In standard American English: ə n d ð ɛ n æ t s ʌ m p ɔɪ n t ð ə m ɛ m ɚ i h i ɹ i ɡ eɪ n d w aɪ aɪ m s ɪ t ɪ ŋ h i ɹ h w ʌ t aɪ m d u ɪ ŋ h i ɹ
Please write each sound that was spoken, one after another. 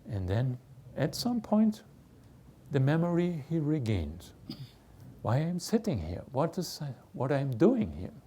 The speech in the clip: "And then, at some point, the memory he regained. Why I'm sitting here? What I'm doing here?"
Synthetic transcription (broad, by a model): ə n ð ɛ n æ t s ʌ m p ɔɪ n t ð ə m ɛ m ɚ i h i ɹ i ɡ eɪ n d w aɪ aɪ m s ɪ t ɪ ŋ h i ɹ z w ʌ t aɪ m d u ɪ ŋ h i ɹ